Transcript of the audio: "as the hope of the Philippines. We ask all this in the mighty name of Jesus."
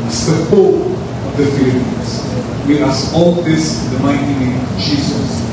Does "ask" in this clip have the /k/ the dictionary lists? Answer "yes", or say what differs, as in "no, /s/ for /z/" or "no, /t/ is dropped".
no, /k/ is dropped